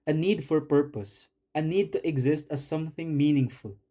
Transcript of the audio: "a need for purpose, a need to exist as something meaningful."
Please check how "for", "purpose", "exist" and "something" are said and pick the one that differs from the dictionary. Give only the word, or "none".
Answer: none